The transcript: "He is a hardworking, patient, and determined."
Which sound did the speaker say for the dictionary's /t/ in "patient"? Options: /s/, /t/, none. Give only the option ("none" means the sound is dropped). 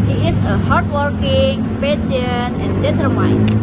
none